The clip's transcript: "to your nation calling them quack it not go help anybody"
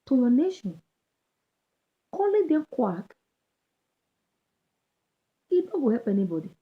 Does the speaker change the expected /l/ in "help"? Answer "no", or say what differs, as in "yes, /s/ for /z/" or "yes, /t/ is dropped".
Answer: yes, /l/ is dropped